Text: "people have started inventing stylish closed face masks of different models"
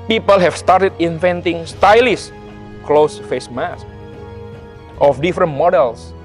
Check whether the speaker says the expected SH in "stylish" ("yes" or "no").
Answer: no